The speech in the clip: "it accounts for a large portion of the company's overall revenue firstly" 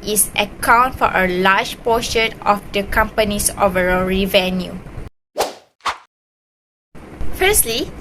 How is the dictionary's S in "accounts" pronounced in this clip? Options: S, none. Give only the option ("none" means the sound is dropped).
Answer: none